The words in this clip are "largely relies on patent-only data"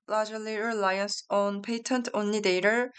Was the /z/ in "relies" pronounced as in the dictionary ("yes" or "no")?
no